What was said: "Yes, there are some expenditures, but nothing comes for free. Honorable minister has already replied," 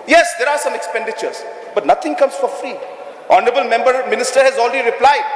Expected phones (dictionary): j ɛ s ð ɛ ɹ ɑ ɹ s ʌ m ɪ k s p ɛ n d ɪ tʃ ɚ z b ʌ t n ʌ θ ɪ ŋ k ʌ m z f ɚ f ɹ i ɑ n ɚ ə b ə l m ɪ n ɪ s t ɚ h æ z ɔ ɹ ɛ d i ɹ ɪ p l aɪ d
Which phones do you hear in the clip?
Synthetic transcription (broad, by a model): j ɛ s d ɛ ɹ ɑ ɹ s ʌ m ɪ k s p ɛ n d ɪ tʃ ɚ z b ʌ t n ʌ t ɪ ŋ k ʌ m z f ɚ f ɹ i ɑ n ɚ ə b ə l m ɪ n ɪ s t ɚ h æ z ɔ l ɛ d i ɹ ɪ p l aɪ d